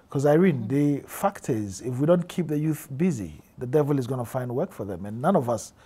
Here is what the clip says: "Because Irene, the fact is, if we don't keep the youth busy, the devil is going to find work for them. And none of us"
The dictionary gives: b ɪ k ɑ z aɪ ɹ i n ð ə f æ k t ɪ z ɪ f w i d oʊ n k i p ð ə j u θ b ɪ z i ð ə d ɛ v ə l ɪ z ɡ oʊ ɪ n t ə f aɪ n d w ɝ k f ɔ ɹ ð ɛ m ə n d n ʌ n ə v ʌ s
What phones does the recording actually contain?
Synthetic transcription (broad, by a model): k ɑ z aɪ ɹ i n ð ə f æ k t ɪ z ɪ f w i d oʊ n k i p ð ə j u θ b ɪ z i ð ə d ɛ v ə l ɪ z ɡ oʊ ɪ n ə f aɪ n d w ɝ k f ɔ ɹ ð ɛ m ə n n ʌ n ə v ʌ s